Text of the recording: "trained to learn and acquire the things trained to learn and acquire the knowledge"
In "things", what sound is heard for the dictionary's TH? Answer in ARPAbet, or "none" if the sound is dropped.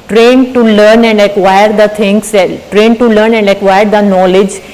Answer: T